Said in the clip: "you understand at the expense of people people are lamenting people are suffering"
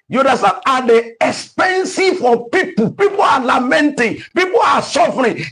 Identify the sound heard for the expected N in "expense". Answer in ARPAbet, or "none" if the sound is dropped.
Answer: N